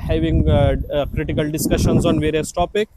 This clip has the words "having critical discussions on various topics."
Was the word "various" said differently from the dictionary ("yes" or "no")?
no